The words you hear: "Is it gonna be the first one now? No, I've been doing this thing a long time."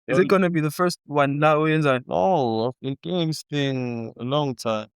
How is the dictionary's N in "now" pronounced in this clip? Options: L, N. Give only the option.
L